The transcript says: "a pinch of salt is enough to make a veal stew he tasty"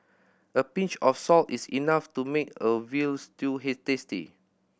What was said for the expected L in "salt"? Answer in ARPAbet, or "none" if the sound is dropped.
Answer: L